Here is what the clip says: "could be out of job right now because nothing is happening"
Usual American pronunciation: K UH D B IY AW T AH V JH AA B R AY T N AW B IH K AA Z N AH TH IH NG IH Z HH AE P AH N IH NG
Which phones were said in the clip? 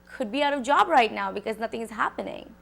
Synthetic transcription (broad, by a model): K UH D B IY AW T AH V JH AA B R AY T N AW B IH K AA Z N AH T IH NG IH Z HH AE P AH N IH NG